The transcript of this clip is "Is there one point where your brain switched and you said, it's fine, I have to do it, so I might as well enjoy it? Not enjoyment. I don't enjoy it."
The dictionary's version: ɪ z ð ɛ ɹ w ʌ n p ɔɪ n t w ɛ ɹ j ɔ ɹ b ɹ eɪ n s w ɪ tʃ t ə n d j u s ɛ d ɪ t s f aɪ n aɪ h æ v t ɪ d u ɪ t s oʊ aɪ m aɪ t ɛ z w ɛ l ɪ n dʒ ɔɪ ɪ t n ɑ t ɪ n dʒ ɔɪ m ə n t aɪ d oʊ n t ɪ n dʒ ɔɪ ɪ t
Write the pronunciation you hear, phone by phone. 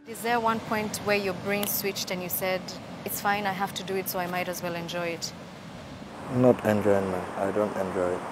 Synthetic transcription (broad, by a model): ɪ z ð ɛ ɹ w ʌ n p ɔɪ n t w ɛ ɹ j ɔ ɹ b ɹ eɪ n s w ɪ tʃ t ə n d j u s ɛ d ɪ t s f aɪ n aɪ h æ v t ɪ d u ɪ t s oʊ aɪ m aɪ t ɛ z w ɛ l ɪ n dʒ ɔɪ ɪ t n ɑ t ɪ n dʒ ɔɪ m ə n aɪ d oʊ n t ɪ n dʒ ɔɪ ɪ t